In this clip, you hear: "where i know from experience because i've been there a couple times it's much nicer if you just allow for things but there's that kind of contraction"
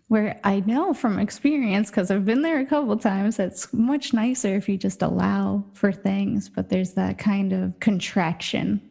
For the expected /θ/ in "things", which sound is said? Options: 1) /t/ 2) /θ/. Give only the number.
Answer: 2